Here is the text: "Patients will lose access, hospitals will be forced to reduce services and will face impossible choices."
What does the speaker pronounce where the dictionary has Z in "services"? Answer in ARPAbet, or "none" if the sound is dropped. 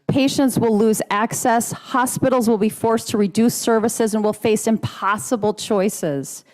Z